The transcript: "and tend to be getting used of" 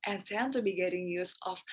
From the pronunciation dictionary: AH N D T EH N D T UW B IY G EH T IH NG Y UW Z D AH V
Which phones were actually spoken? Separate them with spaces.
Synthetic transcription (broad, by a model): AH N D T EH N T UW B IY G EH T IH NG Y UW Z AH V